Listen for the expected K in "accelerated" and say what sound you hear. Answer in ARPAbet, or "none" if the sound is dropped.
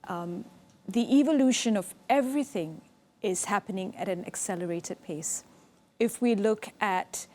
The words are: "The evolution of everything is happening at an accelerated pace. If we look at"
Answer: K